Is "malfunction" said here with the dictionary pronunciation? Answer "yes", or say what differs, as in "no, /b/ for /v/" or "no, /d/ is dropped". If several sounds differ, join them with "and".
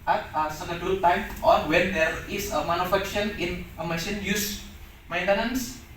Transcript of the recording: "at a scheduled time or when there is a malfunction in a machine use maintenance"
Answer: no, /n/ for /l/ and /ŋ/ is dropped